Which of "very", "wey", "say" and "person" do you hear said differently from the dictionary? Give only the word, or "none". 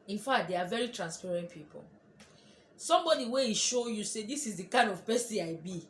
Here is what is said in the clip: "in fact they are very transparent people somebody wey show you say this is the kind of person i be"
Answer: person